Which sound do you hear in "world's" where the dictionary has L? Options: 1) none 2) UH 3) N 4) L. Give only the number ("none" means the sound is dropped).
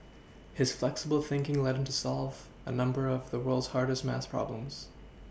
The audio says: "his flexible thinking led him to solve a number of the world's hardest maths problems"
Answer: 4